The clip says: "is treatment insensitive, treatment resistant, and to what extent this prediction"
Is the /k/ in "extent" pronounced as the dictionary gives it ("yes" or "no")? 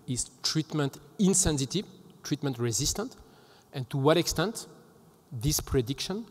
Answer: yes